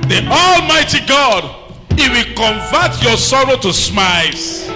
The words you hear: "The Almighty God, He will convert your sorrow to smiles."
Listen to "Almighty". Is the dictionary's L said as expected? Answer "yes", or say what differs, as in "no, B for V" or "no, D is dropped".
yes